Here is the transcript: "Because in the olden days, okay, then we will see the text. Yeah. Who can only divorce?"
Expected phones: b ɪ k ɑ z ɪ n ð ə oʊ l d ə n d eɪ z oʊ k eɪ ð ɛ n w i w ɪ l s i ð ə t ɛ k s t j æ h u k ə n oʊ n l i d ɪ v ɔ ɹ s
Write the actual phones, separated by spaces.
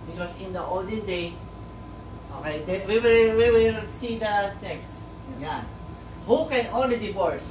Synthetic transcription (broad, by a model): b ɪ k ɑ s ɪ n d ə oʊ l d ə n d eɪ s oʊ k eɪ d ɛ l w i w ɪ l s i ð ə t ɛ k s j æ h u k ə n oʊ n l i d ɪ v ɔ ɹ s